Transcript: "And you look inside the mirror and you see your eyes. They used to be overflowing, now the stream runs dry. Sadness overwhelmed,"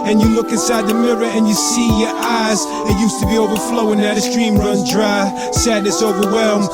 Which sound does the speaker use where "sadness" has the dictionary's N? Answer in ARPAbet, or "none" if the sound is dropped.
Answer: N